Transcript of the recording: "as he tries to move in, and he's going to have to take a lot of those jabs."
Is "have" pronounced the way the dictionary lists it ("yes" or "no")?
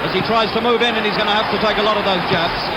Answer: no